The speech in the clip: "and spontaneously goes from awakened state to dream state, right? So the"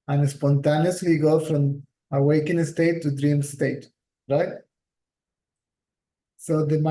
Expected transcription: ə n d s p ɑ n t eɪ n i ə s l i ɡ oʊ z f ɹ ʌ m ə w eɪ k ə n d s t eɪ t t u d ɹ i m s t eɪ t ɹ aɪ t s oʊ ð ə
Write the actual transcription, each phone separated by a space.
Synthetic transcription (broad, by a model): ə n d s p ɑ n t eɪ n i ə s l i ɡ oʊ f ɹ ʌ m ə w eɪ k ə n s t eɪ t t u d ɹ i m s t eɪ t ɹ aɪ t s oʊ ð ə